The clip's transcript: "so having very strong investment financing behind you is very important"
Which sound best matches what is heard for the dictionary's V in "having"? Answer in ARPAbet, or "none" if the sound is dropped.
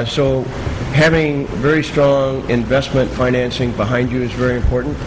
V